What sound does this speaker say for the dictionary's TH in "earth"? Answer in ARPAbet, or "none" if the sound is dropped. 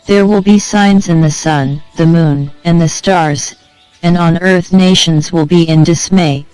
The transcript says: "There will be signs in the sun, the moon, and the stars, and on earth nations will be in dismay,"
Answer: TH